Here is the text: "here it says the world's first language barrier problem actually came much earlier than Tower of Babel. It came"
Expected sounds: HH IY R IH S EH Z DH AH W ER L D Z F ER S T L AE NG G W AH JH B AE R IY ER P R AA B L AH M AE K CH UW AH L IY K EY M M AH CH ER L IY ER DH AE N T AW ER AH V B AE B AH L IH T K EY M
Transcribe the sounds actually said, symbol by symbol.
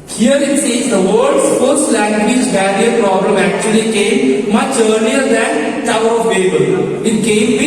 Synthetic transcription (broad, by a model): HH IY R IH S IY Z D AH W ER D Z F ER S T L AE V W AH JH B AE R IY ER P R AA B L AH M AE K CH UW AH L IY K EY M M AH CH ER L IY ER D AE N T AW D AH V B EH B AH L IH T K EY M